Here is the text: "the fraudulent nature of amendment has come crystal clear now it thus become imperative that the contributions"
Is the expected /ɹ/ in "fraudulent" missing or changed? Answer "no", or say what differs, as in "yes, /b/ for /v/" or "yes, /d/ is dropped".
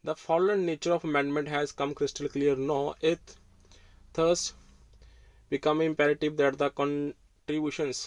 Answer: yes, /ɹ/ is dropped